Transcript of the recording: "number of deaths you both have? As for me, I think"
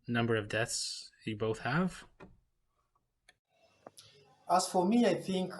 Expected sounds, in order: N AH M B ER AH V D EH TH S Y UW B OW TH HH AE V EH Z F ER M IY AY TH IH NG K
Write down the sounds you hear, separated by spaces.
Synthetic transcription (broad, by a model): N AH M B ER AH V D EH TH S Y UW B OW TH HH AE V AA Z F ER M IY AY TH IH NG K